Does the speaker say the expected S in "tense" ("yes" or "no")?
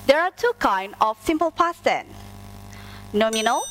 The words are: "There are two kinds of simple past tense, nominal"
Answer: no